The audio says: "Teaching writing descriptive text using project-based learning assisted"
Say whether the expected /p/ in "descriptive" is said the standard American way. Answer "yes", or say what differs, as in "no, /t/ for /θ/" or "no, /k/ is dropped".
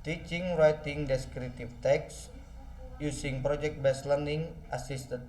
no, /p/ is dropped